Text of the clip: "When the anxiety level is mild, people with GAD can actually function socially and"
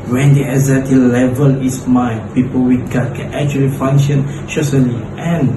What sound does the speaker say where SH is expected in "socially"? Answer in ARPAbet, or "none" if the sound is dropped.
S